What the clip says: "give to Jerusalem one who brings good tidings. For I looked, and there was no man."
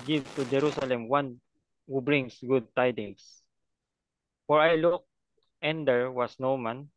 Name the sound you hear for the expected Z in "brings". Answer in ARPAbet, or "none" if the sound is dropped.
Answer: S